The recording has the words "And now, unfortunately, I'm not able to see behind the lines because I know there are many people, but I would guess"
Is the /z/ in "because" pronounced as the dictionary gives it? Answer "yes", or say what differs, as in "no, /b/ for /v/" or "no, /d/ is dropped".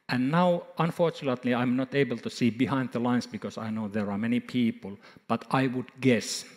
no, /s/ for /z/